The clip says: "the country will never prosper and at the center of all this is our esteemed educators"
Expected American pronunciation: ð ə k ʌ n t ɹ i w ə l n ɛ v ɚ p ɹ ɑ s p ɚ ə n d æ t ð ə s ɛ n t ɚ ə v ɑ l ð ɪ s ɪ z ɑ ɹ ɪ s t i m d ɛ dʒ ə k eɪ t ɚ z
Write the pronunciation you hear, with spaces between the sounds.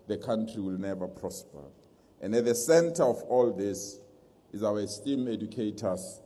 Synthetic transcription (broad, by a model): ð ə k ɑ n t ɹ i w ə l n ɛ v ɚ p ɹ ɑ s p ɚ ə n d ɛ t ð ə s ɛ n t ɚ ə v ɑ l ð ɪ s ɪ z ɑ w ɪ s t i m ɛ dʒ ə k eɪ t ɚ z